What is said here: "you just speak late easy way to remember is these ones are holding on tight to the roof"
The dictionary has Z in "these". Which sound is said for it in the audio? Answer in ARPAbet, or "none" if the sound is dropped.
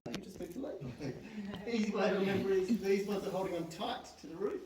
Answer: Z